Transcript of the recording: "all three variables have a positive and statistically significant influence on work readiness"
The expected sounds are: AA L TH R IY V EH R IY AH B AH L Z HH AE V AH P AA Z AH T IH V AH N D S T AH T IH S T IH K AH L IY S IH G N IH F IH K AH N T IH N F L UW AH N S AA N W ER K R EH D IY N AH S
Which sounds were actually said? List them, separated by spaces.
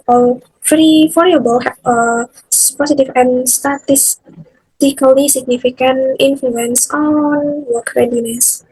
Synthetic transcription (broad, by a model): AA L F R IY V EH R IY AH B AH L HH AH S P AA S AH T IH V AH N S T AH T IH S T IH K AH L IY S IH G N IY F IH K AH N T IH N F L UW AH N S AA N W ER K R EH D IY N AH S